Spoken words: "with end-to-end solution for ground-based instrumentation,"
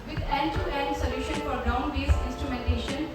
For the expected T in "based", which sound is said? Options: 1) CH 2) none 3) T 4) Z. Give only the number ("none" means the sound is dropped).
2